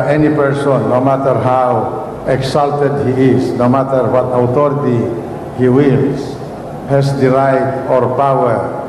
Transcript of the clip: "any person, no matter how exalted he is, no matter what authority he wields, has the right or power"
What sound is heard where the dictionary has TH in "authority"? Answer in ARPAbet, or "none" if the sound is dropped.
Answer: T